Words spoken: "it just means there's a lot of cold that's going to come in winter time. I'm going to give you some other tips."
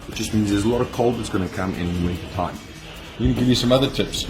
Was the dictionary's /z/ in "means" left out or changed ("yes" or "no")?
no